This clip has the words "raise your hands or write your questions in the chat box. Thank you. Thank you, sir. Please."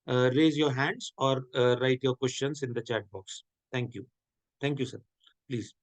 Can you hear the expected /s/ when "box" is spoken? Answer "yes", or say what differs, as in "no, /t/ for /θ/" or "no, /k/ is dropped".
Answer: yes